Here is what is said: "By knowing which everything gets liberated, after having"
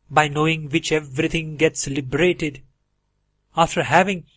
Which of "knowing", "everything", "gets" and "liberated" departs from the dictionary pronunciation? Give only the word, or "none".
everything